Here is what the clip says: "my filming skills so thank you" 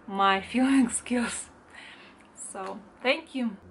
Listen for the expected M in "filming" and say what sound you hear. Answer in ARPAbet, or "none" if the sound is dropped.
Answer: none